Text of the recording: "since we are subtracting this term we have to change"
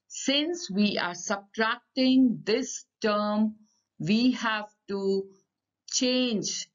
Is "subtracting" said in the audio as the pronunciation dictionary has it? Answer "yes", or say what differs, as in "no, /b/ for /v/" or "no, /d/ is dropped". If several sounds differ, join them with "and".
yes